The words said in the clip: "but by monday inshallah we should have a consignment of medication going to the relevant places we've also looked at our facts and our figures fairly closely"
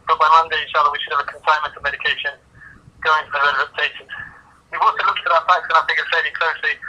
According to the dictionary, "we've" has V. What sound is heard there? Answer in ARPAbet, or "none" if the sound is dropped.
W